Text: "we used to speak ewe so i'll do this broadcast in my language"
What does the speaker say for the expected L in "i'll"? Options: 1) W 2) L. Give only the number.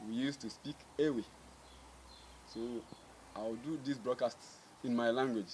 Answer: 1